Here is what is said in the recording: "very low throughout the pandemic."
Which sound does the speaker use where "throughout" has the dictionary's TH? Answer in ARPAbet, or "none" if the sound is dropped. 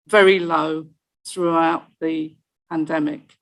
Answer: TH